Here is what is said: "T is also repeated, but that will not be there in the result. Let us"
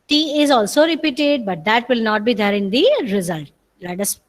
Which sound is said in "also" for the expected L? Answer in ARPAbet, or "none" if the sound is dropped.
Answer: L